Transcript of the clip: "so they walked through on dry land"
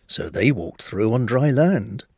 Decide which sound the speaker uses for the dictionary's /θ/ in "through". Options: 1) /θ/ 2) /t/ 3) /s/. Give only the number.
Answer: 1